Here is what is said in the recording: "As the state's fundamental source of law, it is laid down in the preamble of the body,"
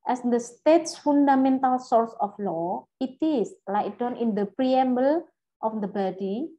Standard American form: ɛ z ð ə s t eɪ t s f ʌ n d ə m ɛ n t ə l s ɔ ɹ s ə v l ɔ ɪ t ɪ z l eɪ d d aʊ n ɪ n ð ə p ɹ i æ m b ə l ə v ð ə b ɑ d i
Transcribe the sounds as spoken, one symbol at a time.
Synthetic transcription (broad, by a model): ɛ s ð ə s t eɪ t s f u n d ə m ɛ n t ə l s ɔ ɹ s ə f l ɔ ɪ t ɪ s l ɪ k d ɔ n ɪ n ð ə p ɹ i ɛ m b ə l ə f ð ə b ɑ d i